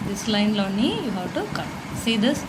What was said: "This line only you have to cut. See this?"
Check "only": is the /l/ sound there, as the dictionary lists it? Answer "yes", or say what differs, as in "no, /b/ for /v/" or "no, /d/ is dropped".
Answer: no, /l/ is dropped